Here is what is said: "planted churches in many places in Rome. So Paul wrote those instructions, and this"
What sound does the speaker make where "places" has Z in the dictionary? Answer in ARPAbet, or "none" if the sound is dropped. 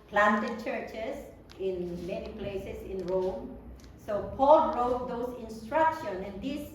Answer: S